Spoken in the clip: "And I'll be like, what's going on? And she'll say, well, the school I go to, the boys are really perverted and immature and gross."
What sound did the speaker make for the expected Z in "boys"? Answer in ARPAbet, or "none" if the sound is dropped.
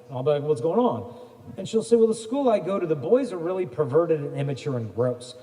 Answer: Z